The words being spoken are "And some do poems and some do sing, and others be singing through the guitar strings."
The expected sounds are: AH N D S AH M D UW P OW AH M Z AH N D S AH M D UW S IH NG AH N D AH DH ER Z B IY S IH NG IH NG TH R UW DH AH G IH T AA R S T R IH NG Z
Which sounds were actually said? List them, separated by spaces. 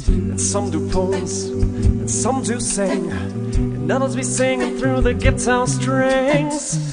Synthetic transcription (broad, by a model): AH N S AH M D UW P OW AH Z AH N S AH M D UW S IH NG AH N AH DH ER Z B IY S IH NG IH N TH R UW DH AH G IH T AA S T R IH NG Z